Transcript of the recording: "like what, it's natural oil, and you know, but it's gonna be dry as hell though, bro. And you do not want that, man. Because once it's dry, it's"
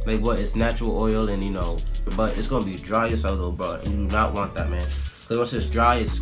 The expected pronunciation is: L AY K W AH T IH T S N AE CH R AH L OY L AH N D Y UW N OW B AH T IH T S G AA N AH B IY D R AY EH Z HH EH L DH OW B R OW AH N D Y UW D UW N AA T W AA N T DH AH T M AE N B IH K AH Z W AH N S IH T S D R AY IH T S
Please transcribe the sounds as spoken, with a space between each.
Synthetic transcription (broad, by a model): L AY K W AH T IH T S N AE CH R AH L OY L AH N Y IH N OW B AH T IH T S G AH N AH B IY D R AY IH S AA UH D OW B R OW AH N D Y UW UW N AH T W AA N DH AH T M AE N K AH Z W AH S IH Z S D R AY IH T S